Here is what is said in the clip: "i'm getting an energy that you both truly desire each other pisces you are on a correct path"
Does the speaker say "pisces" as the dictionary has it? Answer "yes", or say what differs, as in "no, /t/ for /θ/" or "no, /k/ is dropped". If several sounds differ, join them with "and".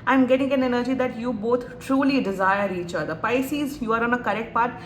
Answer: yes